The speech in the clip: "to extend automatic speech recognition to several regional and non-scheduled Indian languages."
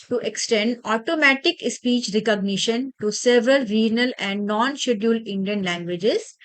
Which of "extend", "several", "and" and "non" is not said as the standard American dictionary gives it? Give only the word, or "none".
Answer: none